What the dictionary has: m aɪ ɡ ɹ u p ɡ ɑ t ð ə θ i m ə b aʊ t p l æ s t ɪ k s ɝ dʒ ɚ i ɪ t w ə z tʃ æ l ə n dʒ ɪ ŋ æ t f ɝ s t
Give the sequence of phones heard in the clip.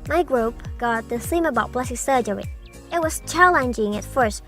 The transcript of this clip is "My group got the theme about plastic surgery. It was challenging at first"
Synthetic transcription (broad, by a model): m aɪ ɡ ɹ u p ɡ ɑ t ð ə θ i m ə b aʊ t b l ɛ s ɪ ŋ s ɝ dʒ ɚ i ɪ t w ə z tʃ æ l ə n dʒ ɪ ŋ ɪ t f ɝ s t